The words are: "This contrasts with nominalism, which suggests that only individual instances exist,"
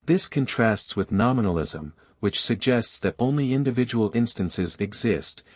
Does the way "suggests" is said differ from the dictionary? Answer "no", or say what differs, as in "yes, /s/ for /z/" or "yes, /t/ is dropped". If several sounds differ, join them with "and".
no